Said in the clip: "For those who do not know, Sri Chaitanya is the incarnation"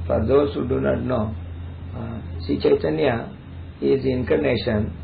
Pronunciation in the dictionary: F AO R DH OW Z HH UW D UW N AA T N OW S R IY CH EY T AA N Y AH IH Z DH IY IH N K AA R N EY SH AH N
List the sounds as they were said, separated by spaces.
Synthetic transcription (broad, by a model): F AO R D OW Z HH UW D UW N AA T N OW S IY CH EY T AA N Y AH IH Z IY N K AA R N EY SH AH N